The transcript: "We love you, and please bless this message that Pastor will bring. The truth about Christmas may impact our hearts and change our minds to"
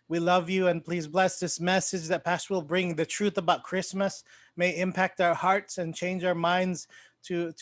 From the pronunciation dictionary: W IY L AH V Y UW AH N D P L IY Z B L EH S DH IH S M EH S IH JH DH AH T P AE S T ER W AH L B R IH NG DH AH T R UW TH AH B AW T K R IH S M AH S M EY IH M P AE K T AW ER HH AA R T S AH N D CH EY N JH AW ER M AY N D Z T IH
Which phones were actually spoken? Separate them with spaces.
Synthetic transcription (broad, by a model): W IY L AH V Y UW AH N P L IY Z B L EH S DH IH S M EH S IH JH DH AH T P AE S T ER W AH L B R IH NG DH AH T R UW TH AH B AW T K R IH S M AH S M EY IH M P AE K T AW ER HH AA R T S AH N CH EY N JH AW ER M AY N D Z T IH